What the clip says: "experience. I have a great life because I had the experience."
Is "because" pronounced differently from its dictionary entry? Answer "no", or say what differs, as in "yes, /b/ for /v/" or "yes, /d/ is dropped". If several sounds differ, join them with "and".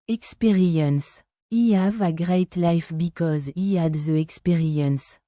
no